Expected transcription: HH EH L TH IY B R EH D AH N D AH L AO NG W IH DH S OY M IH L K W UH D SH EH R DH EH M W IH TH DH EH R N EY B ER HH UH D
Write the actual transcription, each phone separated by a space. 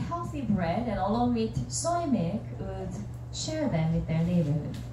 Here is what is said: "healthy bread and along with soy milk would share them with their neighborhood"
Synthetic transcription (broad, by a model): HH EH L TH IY B R EH D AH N AH L AO NG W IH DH S OY M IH K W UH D SH EH R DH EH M W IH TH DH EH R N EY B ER